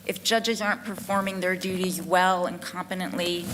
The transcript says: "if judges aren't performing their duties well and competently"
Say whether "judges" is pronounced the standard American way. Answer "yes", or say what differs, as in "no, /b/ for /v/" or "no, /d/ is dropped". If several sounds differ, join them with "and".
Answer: yes